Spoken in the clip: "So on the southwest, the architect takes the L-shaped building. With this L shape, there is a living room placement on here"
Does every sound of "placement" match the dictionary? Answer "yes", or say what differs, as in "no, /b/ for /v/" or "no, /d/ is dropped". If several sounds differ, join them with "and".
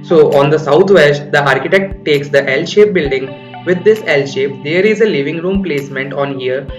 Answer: yes